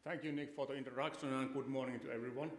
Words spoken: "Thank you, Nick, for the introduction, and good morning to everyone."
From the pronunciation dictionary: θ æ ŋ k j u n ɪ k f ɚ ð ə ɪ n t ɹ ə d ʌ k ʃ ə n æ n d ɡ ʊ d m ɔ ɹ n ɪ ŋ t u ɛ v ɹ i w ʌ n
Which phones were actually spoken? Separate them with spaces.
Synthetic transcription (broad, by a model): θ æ ŋ k j u n ɪ k f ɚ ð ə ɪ n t ə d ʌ k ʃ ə n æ n ɡ ʊ d m ɔ ɹ n ɪ ŋ t u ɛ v ɹ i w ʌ n